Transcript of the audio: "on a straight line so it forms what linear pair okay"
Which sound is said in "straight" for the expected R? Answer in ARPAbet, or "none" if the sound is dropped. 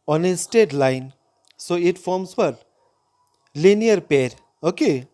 none